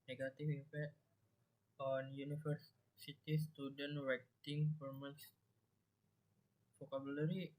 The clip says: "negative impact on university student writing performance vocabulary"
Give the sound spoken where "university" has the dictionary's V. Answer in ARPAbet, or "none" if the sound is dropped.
F